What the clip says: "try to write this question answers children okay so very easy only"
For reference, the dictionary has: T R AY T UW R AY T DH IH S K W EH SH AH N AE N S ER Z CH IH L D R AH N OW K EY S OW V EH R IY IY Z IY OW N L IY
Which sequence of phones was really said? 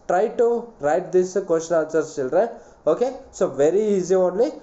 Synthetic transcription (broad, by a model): T R AY T UW R AY T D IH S K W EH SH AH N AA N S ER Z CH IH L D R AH OW K EY S OW V EH R IY IY Z IY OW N L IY